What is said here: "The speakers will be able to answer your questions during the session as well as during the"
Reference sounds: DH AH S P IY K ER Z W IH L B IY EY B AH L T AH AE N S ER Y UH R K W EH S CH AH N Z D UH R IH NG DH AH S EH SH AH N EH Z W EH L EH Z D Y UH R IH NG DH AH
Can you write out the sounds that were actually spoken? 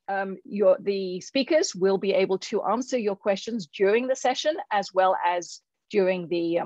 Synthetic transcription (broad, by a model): DH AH S P IY K ER Z W IH L B IY EY B AH L T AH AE N S ER Y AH R K W EH S CH AH N Z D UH R IH NG DH AH S EH SH AH N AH Z W EH L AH Z D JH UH R IH NG DH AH